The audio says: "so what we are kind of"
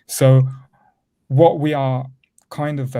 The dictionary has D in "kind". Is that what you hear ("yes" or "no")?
yes